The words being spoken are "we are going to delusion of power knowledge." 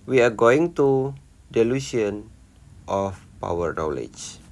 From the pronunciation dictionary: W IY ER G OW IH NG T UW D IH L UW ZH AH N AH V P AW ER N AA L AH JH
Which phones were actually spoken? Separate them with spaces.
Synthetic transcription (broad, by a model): W IY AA G OW IH NG T UW D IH L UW S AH N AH F P AW ER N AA L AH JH